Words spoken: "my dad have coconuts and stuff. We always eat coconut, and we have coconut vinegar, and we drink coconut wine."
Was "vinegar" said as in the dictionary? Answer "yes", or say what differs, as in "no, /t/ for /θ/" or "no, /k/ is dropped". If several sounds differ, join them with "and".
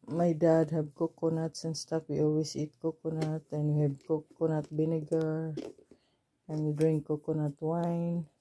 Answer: no, /b/ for /v/